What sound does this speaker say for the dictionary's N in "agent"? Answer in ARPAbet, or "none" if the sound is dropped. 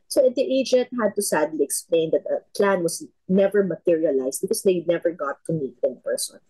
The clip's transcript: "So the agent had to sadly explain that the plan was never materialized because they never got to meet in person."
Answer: N